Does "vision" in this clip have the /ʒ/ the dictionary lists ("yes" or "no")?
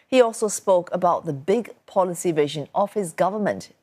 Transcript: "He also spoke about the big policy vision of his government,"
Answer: yes